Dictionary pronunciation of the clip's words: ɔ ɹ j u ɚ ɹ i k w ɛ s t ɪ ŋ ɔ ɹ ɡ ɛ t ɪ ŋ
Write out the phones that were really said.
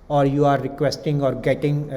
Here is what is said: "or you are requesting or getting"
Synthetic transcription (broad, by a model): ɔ ɹ j u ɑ ɹ i k w ɛ s t ɪ ŋ ɔ ɹ ɡ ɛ t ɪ ŋ